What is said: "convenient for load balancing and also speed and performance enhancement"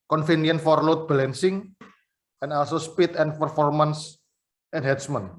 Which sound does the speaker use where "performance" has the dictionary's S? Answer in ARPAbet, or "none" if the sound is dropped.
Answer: S